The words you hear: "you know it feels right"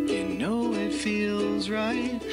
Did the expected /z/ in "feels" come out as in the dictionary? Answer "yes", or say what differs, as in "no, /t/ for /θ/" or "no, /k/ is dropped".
yes